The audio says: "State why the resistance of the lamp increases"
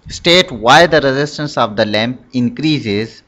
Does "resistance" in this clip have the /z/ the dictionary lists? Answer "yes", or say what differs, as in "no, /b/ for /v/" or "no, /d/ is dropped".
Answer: yes